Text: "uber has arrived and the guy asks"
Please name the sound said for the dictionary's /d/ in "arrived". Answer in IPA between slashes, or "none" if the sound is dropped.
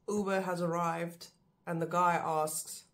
/d/